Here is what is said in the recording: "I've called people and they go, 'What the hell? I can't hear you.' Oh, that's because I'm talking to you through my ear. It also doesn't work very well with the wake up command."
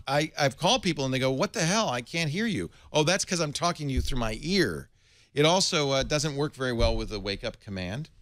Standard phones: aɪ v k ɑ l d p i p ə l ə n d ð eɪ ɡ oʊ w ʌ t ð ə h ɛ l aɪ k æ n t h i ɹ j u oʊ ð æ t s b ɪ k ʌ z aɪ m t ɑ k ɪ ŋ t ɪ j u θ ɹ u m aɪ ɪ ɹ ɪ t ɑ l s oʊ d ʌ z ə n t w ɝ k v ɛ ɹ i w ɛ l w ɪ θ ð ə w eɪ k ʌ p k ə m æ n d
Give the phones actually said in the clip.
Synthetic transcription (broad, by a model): aɪ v k ɑ l d p i p l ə n ð eɪ ɡ oʊ w ʌ t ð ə h ɛ l aɪ k æ n t h i ɹ j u oʊ ð æ t s k ʌ z aɪ m t ɑ k ɪ ŋ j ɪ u θ ɹ u m aɪ ɪ ɹ ɪ t ɑ l s oʊ d ʌ z ə n t w ɝ k v ɛ ɹ i w ɛ l w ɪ ð ə w eɪ k ʌ p k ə m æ n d